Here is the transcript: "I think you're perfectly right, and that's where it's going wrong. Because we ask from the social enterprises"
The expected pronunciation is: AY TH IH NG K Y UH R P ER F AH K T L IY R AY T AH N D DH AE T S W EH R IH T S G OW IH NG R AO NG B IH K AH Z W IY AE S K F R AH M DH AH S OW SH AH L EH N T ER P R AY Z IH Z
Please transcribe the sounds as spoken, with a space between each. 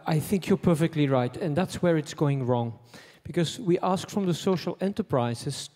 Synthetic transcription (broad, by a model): AY TH IH NG K Y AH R P ER F AH K T L IY R AY T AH N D DH AE T S W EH R IH T S G OW IH NG R AO NG B IH K AH Z W IY AE S K F R AH M DH AH S OW SH AH L EH N T ER P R AY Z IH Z